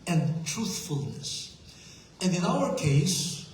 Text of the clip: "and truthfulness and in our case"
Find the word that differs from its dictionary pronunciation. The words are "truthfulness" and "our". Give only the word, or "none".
none